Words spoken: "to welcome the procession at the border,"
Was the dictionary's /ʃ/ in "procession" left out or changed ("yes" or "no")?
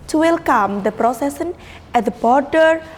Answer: yes